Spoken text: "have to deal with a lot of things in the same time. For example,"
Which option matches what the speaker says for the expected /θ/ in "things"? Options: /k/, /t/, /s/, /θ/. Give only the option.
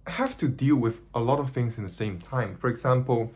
/θ/